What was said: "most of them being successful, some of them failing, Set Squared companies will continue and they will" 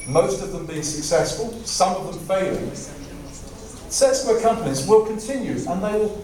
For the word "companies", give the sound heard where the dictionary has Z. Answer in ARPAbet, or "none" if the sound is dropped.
Z